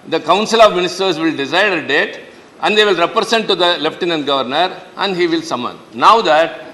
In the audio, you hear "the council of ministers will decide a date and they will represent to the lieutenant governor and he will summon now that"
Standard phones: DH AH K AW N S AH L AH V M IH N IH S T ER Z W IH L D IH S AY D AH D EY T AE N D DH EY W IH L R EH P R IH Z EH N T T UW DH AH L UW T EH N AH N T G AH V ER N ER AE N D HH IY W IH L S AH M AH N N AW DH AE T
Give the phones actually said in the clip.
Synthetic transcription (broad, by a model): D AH K AW N S AH L AH V M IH N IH S T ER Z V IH L D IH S AY D AH D EY T AE N D EY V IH L R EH P R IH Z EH N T T UW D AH L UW T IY N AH N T G AH V ER N ER AE N D HH IY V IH L S AH M AH N N AW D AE T